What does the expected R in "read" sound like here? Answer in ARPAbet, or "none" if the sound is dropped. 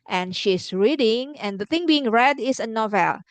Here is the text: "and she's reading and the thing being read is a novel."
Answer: R